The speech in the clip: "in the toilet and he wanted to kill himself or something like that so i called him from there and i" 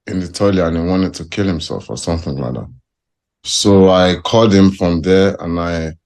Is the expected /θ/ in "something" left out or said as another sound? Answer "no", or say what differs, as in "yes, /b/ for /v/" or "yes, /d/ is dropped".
no